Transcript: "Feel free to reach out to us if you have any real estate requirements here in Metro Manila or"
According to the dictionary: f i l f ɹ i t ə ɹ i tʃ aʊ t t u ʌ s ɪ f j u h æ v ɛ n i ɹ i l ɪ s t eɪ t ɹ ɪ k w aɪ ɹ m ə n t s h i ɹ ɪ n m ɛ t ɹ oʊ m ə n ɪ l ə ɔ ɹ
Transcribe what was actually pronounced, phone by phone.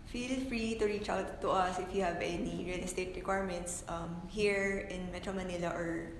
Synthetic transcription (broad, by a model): f i l f ɹ i t ə ɹ i tʃ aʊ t t u ʌ s ɪ f j u h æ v ɛ n i ɹ i l ɪ s t eɪ t ɹ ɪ k w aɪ ɹ m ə n t s h i ɹ ɪ n m ɛ t ɹ oʊ m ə n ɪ l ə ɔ ɹ